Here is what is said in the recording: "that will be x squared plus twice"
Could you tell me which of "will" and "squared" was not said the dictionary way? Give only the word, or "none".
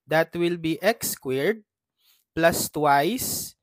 none